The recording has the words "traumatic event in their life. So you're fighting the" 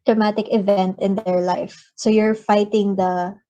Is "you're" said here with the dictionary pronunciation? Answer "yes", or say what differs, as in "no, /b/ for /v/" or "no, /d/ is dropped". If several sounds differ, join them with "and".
yes